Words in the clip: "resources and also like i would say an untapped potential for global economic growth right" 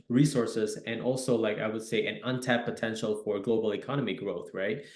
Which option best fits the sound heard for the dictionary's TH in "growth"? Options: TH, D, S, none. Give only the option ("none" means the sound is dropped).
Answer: TH